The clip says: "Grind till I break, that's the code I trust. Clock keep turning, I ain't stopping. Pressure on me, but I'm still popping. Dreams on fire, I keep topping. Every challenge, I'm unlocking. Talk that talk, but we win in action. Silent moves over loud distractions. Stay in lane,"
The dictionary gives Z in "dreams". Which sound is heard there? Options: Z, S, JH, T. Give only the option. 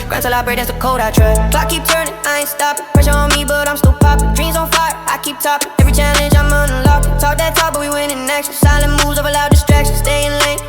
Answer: Z